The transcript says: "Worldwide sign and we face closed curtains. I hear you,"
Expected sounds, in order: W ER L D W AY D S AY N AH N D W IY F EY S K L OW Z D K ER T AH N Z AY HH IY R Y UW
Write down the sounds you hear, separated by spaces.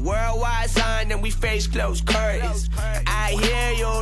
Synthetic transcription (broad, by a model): W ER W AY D S AY N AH N W IY F EY S K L OW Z K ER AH Z AY HH IY R Y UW